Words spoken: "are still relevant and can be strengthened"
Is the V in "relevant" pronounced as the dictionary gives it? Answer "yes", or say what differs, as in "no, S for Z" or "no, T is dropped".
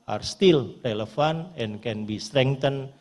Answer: no, F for V